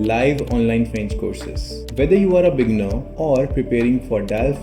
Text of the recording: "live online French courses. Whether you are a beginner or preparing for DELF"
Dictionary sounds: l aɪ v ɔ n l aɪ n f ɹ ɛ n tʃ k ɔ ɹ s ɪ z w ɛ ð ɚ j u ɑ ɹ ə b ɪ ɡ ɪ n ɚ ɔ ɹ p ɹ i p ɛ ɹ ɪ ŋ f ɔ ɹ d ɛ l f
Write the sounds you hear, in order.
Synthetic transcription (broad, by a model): l aɪ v ɔ n l aɪ n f ɹ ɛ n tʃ k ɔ ɹ s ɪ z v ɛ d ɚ j u ɑ ɹ ə b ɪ ɡ n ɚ ɔ ɹ p ɹ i p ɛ ɹ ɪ ŋ f ɔ ɹ d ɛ l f